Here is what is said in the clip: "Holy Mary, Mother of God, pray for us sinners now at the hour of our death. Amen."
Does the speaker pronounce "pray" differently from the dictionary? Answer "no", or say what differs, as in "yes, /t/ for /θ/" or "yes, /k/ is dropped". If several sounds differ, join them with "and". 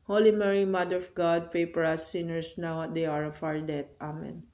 yes, /ɹ/ is dropped